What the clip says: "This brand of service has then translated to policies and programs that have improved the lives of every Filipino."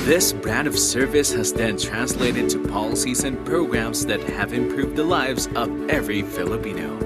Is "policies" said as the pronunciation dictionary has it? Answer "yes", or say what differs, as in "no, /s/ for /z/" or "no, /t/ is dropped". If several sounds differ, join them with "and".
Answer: yes